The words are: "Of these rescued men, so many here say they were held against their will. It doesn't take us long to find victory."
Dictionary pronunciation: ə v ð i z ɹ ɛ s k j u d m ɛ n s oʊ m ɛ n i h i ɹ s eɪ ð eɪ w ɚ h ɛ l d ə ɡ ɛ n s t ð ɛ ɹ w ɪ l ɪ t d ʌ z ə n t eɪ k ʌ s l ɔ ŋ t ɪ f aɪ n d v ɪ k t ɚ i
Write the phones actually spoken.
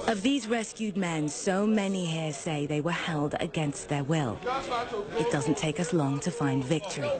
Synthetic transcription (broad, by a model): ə v ð i z ɹ ɛ s k j u d m ɛ n s oʊ m ɛ n i h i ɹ s eɪ ð eɪ w ɚ h ɛ l d ə ɡ ɛ n s t ð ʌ ɹ w ɪ l ɪ t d ʌ z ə n t eɪ k ʌ s l ɔ ŋ t ɪ f aɪ n d v ɪ k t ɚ i